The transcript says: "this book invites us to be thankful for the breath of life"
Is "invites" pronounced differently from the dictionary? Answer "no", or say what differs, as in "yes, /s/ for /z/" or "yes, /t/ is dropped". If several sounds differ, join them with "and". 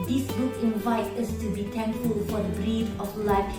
yes, /s/ is dropped